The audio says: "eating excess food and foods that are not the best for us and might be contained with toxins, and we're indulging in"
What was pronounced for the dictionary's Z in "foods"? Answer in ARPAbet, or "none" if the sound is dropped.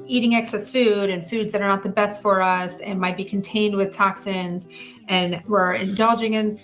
Z